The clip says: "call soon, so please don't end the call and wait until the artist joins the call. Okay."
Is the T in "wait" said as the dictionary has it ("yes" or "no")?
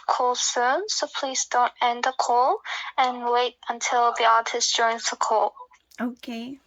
yes